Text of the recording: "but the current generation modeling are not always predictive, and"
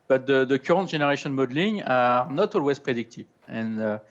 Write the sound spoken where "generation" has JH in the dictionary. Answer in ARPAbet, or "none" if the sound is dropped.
ZH